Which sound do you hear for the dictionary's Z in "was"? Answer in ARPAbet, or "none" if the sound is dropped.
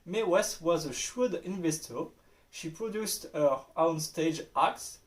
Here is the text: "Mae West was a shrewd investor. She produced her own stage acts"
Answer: Z